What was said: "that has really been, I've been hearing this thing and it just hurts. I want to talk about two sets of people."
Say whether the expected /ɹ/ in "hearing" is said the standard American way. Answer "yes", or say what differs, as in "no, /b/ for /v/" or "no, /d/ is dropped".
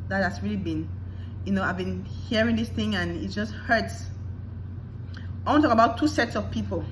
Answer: yes